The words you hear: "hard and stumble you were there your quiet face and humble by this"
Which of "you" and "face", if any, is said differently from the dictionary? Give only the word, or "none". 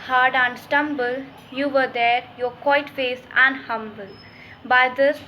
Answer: none